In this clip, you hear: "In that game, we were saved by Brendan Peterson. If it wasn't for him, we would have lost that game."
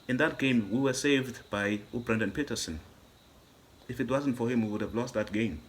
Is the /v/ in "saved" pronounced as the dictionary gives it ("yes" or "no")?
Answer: yes